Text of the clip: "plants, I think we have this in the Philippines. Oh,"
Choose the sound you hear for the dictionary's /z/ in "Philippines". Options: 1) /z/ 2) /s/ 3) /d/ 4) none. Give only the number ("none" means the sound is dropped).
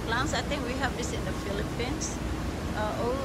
2